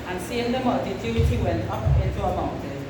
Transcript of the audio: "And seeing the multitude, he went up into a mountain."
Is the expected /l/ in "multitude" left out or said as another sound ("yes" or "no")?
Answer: yes